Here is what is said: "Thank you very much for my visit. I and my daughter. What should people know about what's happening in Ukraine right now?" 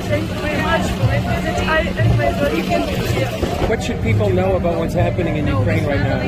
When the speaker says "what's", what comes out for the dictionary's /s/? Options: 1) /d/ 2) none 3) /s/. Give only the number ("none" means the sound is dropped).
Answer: 3